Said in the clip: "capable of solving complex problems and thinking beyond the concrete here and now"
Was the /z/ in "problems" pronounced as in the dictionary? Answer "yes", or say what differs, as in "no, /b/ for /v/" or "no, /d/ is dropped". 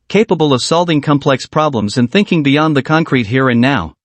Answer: yes